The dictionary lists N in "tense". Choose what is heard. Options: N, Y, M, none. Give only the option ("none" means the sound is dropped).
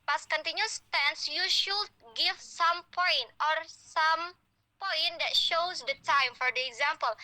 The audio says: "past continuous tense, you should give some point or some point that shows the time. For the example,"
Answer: N